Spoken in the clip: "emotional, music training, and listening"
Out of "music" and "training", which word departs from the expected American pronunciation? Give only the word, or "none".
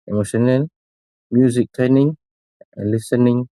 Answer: training